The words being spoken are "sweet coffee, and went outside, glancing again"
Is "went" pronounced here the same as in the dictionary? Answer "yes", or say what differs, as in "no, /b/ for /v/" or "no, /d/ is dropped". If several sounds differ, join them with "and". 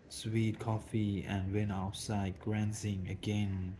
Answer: no, /t/ is dropped